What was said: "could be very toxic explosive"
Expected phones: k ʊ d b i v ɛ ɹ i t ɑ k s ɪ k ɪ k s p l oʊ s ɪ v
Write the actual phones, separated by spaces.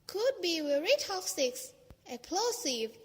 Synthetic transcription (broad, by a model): k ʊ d b i w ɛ ɹ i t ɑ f s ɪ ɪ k s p l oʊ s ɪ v